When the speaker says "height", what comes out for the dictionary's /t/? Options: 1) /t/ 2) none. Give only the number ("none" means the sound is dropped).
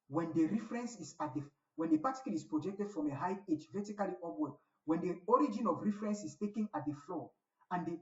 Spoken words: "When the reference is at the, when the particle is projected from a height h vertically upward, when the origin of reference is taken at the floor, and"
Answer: 2